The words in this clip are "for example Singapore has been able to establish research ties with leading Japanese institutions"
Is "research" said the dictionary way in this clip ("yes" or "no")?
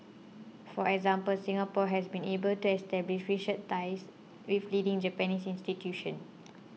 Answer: no